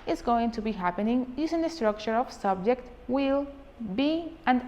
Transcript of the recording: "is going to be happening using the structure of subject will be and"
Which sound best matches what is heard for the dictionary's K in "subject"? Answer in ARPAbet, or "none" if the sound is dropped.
K